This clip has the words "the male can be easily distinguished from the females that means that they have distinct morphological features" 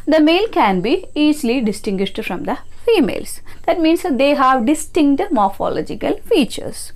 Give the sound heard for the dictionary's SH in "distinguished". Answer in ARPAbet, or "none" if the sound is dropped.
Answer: SH